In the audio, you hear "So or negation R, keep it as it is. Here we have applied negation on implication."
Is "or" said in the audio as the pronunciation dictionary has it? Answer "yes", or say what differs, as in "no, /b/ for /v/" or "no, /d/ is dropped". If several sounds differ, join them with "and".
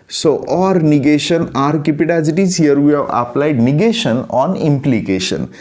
yes